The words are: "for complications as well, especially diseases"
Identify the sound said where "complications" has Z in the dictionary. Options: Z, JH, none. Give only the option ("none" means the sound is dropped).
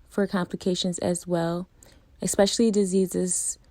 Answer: Z